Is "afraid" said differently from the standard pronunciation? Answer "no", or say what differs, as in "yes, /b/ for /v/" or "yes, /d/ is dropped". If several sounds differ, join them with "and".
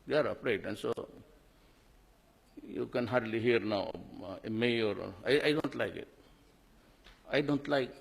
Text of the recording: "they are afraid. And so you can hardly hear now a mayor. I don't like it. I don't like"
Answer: yes, /p/ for /f/